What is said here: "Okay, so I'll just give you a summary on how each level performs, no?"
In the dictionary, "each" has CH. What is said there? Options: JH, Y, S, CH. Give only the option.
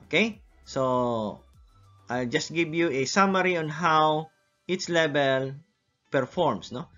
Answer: S